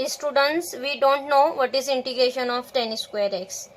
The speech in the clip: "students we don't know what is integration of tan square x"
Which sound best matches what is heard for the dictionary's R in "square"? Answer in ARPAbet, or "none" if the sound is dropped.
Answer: R